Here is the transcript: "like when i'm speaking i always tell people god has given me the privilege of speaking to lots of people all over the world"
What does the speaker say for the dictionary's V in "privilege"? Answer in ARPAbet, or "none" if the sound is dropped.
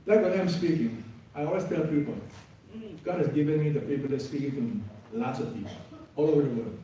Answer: P